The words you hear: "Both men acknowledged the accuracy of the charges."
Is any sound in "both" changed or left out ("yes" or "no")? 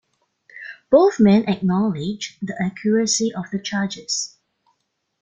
no